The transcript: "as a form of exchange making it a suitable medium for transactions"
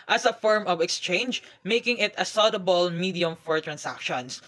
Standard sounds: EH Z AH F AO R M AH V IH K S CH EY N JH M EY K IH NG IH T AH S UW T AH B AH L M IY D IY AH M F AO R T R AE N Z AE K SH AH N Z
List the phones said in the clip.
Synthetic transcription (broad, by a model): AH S AH F AO R M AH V IH K S CH EY N JH M EY K IH NG IH T AH S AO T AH B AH L M IY D IY AH M F AO R T R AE N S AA K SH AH N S